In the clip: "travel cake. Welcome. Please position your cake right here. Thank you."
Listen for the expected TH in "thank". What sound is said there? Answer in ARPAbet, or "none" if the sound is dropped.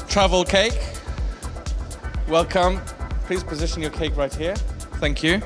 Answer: TH